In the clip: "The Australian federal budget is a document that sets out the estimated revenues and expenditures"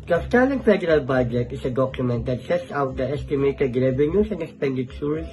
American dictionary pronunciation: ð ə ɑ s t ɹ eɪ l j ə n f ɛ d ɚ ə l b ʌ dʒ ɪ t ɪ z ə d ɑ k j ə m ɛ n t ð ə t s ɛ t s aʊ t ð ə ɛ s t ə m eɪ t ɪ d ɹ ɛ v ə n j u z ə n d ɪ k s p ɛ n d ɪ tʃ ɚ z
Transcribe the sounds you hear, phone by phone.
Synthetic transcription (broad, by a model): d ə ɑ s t eɪ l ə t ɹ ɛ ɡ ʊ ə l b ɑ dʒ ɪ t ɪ s ə d ɑ k j ə m ɛ n t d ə t s ɛ t s aʊ t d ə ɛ s t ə m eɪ t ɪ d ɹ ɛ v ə n j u s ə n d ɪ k s p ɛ n d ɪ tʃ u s